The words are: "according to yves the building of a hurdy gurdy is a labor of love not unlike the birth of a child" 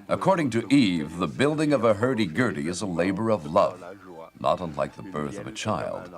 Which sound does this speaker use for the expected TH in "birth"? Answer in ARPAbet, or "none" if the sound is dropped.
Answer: TH